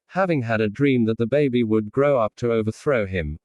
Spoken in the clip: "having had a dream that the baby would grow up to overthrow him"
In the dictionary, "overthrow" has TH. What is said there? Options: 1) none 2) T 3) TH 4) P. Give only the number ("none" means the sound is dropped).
3